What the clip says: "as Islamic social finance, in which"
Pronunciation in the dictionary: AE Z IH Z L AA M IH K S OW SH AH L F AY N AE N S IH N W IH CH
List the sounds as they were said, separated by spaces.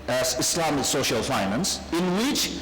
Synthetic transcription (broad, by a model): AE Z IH S L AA M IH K S OW SH AH L F AY N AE N S IH N W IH CH